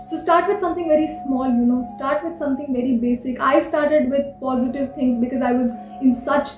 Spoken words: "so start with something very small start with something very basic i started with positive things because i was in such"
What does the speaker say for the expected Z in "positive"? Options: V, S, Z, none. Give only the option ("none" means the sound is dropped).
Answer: Z